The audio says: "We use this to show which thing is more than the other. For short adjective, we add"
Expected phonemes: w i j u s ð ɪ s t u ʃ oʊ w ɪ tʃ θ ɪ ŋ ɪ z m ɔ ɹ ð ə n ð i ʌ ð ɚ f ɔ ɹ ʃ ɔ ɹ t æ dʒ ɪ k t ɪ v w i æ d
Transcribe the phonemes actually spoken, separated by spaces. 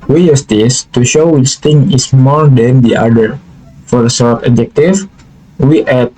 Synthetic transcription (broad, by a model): w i j u s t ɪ s t u ʃ oʊ w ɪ tʃ t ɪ ŋ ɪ s m ɔ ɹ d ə n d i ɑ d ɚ f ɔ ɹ s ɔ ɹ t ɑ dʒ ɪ k t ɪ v w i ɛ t